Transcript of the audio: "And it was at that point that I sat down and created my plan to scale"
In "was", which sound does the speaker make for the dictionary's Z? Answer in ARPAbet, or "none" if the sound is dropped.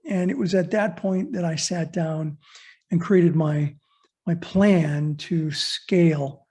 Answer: Z